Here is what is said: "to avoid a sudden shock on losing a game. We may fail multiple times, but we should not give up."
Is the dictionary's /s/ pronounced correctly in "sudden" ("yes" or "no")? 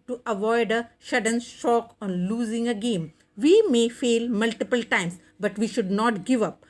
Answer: no